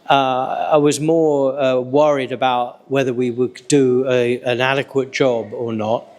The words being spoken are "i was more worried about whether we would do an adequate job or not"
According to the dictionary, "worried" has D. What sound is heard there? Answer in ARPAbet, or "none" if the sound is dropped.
D